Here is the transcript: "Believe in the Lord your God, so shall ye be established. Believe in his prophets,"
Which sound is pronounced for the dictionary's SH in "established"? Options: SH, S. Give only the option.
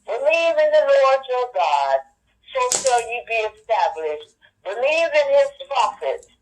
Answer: SH